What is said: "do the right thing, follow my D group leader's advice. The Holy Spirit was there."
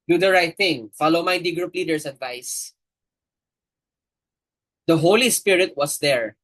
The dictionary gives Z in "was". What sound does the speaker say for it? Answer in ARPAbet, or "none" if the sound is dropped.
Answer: S